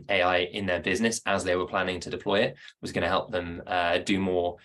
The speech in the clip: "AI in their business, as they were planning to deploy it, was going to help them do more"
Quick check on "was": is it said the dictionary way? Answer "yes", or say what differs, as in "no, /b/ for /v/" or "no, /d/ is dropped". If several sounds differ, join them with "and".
yes